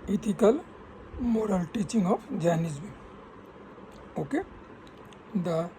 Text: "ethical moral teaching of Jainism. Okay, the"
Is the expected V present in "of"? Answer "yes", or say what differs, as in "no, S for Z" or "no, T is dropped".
no, P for V